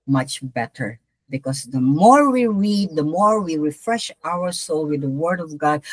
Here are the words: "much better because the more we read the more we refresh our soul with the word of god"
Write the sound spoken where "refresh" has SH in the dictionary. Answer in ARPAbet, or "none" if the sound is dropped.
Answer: SH